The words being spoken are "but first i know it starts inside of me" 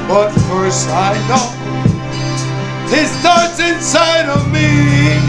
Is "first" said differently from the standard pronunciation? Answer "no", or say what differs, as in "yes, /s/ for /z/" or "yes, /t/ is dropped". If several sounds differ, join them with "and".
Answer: yes, /t/ is dropped